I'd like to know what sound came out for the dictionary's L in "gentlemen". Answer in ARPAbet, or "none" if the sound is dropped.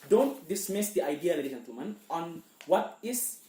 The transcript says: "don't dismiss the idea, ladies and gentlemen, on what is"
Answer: none